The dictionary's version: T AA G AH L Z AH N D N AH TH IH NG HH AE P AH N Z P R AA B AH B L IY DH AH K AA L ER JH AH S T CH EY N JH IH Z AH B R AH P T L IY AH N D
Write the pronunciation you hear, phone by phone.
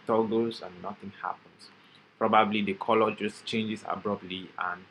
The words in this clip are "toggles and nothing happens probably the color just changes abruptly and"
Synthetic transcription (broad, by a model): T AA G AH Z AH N N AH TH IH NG HH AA P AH N S P R AA B AH B L IY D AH K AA L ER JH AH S CH EY N JH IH S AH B R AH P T L IY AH N